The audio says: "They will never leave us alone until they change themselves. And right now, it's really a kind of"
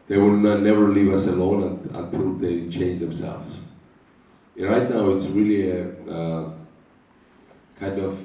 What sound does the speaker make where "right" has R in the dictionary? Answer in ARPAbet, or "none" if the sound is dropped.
R